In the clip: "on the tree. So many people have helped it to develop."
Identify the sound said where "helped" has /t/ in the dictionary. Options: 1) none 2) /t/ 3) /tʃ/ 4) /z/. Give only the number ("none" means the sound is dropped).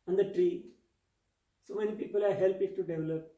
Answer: 1